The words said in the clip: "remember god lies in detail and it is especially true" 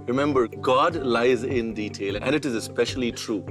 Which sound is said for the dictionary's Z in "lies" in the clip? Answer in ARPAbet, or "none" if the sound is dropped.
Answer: Z